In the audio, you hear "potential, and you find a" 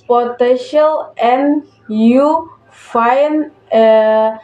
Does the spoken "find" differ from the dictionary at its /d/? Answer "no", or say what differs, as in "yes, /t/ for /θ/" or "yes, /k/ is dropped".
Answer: yes, /d/ is dropped